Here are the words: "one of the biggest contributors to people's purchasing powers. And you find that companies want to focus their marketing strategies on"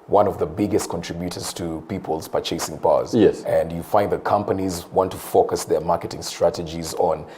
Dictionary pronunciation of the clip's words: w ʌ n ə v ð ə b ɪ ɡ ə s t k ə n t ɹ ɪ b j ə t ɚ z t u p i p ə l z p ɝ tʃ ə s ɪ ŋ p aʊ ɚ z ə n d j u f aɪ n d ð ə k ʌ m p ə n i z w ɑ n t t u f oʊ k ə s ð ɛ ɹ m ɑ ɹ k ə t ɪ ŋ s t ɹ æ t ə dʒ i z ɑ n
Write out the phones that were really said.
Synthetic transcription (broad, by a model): w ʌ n ə v ð ə b ɪ ɡ ə s t k ə n t ɹ ɪ b j ə t ɚ z t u p i p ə l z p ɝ tʃ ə s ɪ ŋ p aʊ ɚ s ə n d j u f aɪ n d ð ə k ʌ m p ə n i z w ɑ n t t u f oʊ k ə s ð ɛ ɹ m ɑ ɹ k ə t ɪ ŋ s t ɹ æ t ə dʒ i z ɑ n